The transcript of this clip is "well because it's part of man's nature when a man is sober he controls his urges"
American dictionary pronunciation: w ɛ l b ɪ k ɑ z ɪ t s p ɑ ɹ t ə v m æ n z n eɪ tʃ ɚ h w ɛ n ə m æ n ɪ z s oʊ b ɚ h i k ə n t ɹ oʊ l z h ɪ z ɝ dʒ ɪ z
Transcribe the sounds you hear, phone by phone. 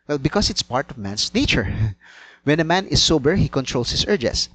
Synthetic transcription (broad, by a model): w ɛ l b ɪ k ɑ s ɪ t s p ɑ ɹ t ə v m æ n s n eɪ tʃ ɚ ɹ w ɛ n ə m æ n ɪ s oʊ b ɚ h i k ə n t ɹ oʊ l s h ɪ s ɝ dʒ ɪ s